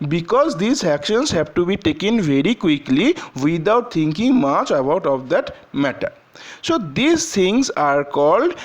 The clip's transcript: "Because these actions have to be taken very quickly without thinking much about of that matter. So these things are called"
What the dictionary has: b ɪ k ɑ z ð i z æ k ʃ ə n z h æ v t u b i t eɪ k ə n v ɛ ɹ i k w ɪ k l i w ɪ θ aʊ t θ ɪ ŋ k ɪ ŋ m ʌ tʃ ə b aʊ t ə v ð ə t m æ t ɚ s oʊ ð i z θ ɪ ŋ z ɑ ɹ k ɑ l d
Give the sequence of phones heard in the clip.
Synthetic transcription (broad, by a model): b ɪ k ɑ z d i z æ k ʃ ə n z h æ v t u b i t eɪ k ə n v ɛ ɹ i k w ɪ k l i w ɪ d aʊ t t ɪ ŋ k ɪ ŋ m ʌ tʃ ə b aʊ t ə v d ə t m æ t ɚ s oʊ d i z t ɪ ŋ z ɑ ɹ k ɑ l d